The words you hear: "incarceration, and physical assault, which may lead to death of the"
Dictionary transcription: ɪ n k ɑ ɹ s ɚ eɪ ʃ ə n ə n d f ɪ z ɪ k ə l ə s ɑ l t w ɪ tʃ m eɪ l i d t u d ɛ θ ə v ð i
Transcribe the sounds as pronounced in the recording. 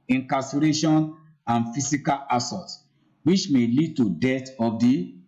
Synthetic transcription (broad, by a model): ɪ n k ɑ s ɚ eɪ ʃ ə n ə n f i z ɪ k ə l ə s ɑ t w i tʃ m eɪ l i d t u d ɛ t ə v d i